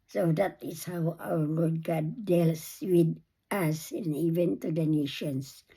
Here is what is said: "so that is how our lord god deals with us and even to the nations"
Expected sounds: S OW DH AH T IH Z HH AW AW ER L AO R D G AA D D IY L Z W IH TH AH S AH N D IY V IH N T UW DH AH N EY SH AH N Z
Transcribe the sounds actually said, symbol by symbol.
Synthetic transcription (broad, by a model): S OW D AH T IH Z HH AW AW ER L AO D G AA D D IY L S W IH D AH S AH N IY V IH N T UW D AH N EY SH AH N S